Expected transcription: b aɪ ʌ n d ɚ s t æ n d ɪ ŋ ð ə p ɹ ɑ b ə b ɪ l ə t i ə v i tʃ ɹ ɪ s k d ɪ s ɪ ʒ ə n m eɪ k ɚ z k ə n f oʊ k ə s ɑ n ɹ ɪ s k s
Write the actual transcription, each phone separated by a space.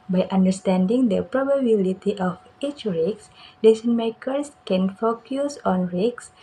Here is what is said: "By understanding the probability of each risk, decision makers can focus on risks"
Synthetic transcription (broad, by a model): b aɪ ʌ n d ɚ s t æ n d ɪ ŋ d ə p ɹ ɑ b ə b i l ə t i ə f i tʃ ɹ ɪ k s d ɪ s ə n m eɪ k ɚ s k ə n f oʊ k ə s ɑ n ɹ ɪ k s